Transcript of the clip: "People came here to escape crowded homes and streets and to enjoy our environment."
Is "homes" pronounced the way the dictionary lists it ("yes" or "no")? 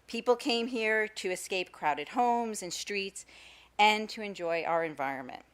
yes